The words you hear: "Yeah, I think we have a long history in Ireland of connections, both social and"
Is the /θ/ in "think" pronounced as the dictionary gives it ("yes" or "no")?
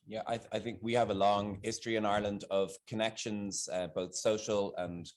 yes